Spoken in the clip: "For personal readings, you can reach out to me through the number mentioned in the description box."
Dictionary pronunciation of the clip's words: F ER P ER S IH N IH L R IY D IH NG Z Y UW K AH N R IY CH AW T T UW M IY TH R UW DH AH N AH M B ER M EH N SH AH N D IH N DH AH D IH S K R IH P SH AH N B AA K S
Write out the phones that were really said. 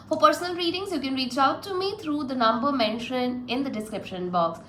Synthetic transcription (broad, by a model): F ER P ER S IH N IH L R IY D IH NG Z Y UW K AH N R IY CH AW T T UW M IY T R UW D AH N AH M B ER M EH N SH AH N IH N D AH D IH S K R IH P SH AH N B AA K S